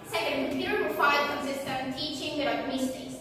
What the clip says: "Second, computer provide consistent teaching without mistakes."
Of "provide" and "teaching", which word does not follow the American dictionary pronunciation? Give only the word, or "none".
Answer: provide